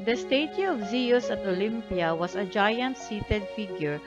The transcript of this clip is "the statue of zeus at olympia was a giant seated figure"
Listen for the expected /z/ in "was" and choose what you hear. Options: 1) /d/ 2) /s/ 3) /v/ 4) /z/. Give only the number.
2